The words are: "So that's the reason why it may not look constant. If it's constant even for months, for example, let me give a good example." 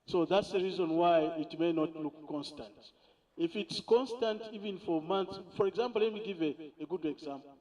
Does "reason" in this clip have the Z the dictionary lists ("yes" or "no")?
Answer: yes